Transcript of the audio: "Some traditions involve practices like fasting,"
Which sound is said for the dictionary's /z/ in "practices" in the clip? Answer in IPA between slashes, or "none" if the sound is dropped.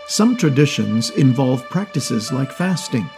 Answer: /z/